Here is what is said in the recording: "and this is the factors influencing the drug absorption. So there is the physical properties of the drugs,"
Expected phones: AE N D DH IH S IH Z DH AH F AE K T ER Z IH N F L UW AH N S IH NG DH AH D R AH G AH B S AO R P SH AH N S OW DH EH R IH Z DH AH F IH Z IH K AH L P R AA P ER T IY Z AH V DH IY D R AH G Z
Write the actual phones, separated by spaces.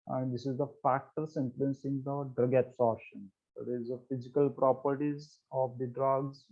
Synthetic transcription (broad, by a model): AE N D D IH S IH Z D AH F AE K T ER S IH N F L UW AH N S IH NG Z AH D R AH G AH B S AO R SH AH N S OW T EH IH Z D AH F IH Z IH K AH L P R AA P ER T IY Z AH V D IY D R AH G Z